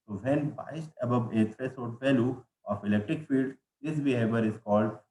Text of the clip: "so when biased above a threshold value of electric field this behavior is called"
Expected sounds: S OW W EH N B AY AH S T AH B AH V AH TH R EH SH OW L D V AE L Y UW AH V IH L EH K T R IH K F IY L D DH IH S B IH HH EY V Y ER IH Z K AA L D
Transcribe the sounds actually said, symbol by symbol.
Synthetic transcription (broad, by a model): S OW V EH N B AY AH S T AH B AH V AH T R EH S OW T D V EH L Y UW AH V IH L EH K T R IH K F IY L D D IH S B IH HH EY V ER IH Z K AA L D